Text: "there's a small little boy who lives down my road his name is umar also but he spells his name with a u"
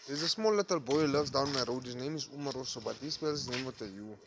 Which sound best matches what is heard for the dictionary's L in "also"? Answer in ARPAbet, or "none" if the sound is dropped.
none